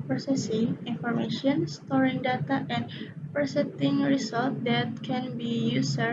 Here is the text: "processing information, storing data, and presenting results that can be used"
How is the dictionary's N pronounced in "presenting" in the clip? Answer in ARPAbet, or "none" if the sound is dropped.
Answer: none